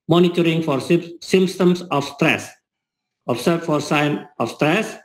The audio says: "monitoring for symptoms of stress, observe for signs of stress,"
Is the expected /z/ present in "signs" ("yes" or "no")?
no